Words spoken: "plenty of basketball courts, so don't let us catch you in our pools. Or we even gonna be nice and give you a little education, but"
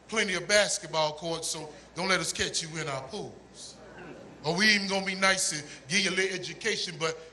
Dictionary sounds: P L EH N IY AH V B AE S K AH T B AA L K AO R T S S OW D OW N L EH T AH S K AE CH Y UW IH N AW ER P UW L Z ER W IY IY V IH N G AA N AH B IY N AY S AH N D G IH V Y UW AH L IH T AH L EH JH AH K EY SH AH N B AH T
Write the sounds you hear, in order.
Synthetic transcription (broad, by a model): P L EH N IY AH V B AE S K AH T B AA L K AO R T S S OW D OW N L EH T AH S K AE CH Y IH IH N AW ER P UW L Z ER W IY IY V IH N G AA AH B IY N AY S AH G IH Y AH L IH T EH JH AH K EY SH AH N B AH T